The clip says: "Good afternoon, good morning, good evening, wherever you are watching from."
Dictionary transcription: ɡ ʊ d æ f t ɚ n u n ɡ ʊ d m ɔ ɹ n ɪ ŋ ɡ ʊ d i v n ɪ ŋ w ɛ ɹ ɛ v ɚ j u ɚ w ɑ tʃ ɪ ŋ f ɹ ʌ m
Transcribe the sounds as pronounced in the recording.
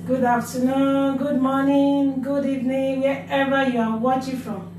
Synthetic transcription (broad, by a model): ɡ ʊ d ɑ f t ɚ n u n ɡ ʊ d m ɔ n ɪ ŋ ɡ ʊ d i v n ɪ ŋ w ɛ ɛ v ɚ j u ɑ w ɑ tʃ ɪ ŋ f ɹ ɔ m